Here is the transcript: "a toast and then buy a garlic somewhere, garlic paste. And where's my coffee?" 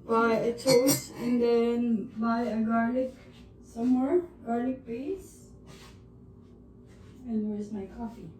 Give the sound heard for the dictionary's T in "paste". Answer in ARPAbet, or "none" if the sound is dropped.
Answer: none